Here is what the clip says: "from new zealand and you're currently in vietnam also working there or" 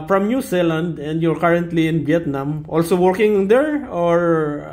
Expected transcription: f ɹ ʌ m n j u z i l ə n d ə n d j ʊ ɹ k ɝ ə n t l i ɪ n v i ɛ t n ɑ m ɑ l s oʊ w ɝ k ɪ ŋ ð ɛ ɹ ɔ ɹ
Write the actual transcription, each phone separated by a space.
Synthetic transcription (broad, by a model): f ɹ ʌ m n j u s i l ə n d ə n d j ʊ ɹ k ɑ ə n t l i ɪ n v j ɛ t n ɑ m ɑ l s oʊ w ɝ k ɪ ŋ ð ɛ ɹ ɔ ɹ